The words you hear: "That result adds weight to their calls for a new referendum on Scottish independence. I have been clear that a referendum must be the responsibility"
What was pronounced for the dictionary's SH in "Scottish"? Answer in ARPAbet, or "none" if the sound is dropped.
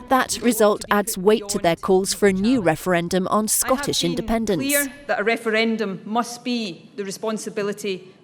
SH